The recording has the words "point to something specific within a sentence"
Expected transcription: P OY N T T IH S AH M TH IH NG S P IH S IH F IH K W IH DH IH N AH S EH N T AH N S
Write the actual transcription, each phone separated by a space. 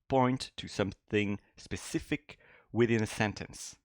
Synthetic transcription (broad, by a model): P OY N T T IH S AH M TH IH NG S P IH S IH F IH K W IH DH IH N AH S EH N T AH N S